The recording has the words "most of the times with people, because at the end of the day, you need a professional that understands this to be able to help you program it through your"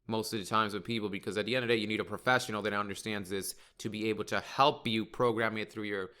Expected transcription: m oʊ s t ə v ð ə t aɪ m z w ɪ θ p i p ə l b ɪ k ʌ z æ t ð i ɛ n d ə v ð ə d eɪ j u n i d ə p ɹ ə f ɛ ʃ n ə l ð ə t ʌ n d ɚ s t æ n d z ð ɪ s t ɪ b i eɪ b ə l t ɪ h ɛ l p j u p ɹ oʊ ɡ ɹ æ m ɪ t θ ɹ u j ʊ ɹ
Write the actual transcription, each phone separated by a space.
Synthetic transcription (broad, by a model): m oʊ s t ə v ð ə t aɪ m z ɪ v p i p l b ɪ k ʌ z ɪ t ð i ɛ n d ə v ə d eɪ j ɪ n i d ə p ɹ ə f ɛ ʃ n l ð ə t ʌ n d ɚ s t æ n d z ð ɪ s t ɪ b i eɪ b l t ɪ h ɛ l p j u p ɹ oʊ ɡ ɹ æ m ɪ t θ ɹ u j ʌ ɹ